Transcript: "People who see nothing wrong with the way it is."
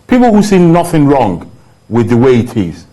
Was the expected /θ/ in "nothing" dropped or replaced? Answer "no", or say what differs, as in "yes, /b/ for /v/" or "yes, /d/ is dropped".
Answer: no